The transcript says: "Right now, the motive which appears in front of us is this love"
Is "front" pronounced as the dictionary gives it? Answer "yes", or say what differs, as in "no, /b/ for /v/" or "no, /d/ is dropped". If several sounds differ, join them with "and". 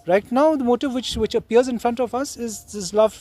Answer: yes